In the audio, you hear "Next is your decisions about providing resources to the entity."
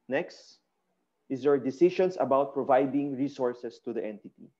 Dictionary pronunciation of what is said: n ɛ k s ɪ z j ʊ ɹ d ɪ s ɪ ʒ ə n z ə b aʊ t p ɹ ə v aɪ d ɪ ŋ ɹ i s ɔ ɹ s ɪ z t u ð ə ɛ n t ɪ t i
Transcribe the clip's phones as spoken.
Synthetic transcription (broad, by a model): n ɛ k s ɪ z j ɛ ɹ d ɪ s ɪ ʃ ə n s ə b aʊ t p ɹ ə v aɪ d ɪ ŋ ɹ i s ɔ ɹ s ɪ s t u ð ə ɛ n t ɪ t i